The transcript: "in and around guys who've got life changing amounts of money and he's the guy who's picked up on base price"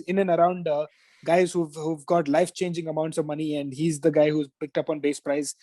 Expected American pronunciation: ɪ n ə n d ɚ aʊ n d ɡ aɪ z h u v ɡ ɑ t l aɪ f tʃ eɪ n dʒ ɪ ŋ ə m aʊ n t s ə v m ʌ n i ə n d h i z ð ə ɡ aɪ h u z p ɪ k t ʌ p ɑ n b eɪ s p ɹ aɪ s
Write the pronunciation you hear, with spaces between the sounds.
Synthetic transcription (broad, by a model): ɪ n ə n ɚ aʊ n d ɡ aɪ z h u v ɡ ɑ t l aɪ f tʃ eɪ n dʒ ɪ ŋ ə m aʊ n t s ə v m ʌ n i ə n d h i z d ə ɡ aɪ h u z p ɪ k t ʌ p ɑ n b eɪ s p ɹ aɪ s